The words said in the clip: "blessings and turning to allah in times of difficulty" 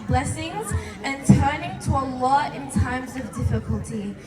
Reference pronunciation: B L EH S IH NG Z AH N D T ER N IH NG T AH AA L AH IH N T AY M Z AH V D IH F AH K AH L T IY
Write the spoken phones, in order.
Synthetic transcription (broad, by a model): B L EH S IH NG Z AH N T ER N IH NG T AH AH L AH IH N T AY M Z AH V D IH F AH K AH L T IY